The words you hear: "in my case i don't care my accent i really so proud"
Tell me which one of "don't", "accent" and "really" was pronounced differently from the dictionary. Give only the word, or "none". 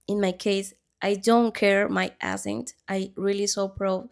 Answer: accent